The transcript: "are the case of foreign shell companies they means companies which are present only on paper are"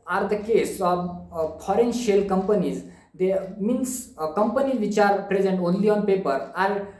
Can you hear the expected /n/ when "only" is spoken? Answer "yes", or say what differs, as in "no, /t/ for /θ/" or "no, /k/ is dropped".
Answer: yes